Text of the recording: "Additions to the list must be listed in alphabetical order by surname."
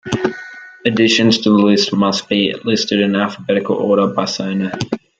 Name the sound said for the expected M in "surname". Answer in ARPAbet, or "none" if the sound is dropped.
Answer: none